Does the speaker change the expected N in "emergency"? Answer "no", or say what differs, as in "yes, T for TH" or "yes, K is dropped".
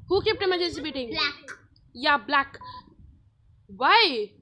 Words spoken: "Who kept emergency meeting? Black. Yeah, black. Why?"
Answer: yes, N is dropped